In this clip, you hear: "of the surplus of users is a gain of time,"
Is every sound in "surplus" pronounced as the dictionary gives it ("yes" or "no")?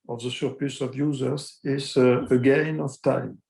no